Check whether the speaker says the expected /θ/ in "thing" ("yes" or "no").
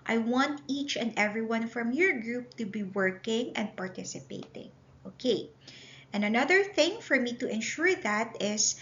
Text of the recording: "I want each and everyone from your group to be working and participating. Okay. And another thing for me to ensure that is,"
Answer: yes